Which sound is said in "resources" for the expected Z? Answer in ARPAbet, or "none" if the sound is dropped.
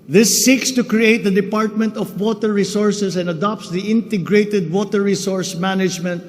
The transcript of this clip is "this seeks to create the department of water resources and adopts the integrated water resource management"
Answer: S